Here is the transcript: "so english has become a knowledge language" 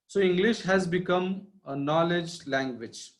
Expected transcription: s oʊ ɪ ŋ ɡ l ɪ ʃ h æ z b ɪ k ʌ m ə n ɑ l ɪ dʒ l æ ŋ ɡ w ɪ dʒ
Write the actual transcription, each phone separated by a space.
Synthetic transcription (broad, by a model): s oʊ ɪ ŋ ɡ l ɪ ʃ h æ z b ɪ k ʌ m ə n ɑ l ɪ dʒ l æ ŋ ɡ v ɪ dʒ